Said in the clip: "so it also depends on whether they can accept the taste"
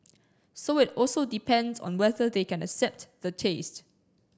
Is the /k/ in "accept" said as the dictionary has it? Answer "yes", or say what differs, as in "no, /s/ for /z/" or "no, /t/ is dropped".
yes